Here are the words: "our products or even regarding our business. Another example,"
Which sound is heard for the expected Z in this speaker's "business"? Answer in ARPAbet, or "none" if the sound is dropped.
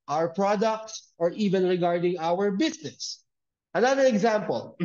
S